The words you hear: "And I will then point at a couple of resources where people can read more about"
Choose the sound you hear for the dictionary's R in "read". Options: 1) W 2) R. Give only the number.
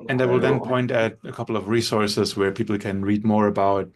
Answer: 2